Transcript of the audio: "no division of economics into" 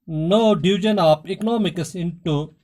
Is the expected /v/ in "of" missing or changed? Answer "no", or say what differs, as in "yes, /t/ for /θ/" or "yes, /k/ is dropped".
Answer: yes, /p/ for /v/